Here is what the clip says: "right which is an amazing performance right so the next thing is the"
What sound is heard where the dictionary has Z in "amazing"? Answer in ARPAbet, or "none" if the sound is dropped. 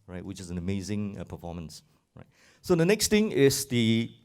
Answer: Z